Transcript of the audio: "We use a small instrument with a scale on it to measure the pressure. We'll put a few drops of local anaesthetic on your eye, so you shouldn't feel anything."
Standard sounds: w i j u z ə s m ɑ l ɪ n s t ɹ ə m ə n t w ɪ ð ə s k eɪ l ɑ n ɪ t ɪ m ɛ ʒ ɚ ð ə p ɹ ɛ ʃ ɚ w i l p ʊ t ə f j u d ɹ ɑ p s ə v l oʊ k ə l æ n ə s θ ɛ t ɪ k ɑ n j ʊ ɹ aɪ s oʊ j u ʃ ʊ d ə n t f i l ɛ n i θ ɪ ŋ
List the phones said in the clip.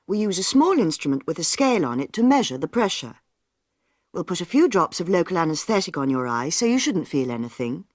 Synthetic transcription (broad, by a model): w i j u z ə s m ɑ l ɪ n s t ɹ ə m ə n t w ɪ ð ə s k eɪ l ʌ n ɪ t ɪ m ɛ ʒ ɚ ð ə p ɹ ɛ ʃ ɚ w i l p ʊ t ə f j u d ɹ ɑ p s ə v l oʊ k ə l æ n ə s θ ɛ t ɪ k n j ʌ ɹ aɪ s oʊ j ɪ ʃ ʊ d n t f i l ɛ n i θ ɪ ŋ